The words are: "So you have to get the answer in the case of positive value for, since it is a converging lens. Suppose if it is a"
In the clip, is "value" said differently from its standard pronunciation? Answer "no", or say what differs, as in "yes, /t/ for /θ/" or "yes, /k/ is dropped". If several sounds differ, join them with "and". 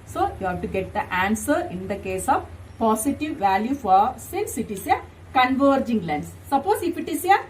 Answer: no